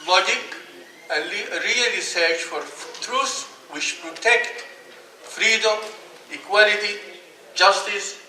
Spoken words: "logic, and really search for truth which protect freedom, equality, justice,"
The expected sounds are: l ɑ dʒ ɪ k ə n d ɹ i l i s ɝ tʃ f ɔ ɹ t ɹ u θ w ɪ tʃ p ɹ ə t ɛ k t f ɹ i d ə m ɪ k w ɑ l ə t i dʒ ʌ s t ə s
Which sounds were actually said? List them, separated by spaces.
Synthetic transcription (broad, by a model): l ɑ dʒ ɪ k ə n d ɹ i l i s ɝ tʃ f ɔ ɹ t ɹ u s w ɪ tʃ p ɹ ə t ɛ k t f ɹ i d ə m ɪ k w ɑ l ə t i dʒ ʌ s t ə s